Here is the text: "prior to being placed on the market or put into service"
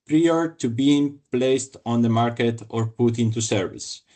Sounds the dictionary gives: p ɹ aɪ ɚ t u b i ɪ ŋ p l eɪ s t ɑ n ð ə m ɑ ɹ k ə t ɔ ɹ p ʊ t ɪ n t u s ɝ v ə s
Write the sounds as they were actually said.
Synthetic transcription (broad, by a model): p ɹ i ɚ t u b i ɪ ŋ p l eɪ s t ɑ n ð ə m ɑ ɹ k ə t ɔ ɹ p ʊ t ɪ n t u s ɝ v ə s